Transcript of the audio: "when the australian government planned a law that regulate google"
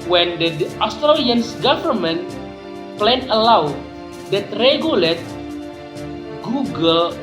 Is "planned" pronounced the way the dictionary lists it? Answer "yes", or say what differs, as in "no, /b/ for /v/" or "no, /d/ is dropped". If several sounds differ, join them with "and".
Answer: no, /d/ is dropped